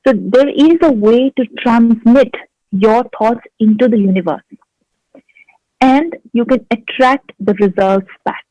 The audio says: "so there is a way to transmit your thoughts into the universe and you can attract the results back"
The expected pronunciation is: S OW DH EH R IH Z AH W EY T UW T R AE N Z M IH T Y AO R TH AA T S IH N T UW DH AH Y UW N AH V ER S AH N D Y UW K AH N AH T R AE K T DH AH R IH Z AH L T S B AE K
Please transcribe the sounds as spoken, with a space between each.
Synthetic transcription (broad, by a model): S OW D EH R IH Z AH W EY T UW T R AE N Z M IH T Y AO R T AA T S IH N T UW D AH Y UW N AH V ER S AH N D Y UW K AH N AH T R AE K T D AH R IH Z AH L T S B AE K